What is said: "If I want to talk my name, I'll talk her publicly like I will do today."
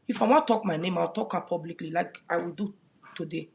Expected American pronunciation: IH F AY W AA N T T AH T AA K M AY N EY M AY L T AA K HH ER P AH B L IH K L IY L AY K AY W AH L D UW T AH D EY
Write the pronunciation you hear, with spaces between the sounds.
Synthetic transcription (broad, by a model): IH F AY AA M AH T AA K M AY N EY M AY W T AA K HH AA P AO B L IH K L IY L AY K AY W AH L D UW T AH D EY